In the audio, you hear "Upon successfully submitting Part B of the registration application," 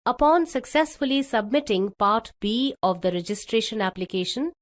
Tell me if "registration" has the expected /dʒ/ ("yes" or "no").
yes